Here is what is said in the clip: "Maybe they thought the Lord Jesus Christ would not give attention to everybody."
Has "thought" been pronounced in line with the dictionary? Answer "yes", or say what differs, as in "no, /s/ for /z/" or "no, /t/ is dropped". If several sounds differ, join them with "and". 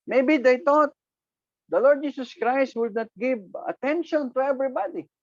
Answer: no, /t/ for /θ/